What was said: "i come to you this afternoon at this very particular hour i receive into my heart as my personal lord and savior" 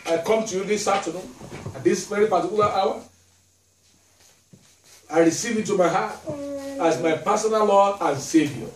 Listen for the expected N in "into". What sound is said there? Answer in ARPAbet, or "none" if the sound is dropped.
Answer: none